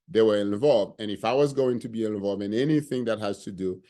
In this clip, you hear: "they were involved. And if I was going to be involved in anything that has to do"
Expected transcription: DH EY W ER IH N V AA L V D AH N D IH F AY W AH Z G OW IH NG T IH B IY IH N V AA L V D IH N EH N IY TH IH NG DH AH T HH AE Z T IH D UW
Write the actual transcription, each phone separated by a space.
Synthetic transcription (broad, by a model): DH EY W ER IH N V AA L V D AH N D IH F AY W AH Z G OW IH NG T IH B IY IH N V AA L V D IH N EH N IY TH IH NG DH AH T HH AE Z T IH D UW